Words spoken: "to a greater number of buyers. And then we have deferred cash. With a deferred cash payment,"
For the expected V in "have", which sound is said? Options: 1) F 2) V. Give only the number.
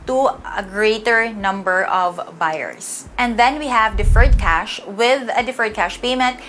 2